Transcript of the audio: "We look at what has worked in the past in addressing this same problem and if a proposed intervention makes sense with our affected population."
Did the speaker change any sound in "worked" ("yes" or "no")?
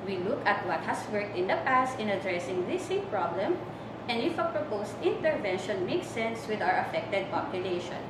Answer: no